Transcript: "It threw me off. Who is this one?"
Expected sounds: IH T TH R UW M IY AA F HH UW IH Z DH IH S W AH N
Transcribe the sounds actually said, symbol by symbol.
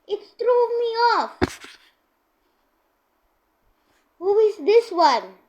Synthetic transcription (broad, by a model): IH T T R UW M IY AA F HH UW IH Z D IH S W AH N